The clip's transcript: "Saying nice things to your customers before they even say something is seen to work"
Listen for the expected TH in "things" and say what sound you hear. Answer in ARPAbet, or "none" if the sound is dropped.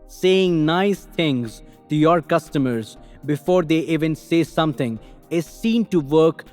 T